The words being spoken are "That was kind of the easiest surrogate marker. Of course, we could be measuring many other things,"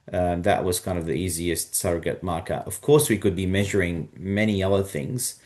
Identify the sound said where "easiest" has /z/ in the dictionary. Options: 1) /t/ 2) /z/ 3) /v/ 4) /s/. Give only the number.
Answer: 2